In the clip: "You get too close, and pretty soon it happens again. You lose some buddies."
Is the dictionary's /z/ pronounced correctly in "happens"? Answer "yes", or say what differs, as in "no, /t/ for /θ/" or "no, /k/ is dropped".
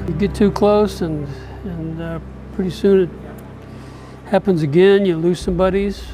yes